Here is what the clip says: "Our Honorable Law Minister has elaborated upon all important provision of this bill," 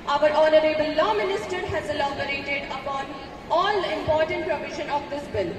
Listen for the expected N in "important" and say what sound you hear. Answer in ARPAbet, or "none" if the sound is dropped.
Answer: N